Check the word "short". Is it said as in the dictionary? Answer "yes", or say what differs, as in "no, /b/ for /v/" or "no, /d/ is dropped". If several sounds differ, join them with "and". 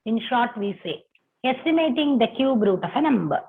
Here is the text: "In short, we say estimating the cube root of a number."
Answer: yes